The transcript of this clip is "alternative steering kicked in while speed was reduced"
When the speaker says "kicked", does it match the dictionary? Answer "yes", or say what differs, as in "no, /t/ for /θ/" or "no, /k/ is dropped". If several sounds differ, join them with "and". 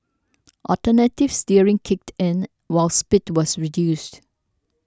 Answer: yes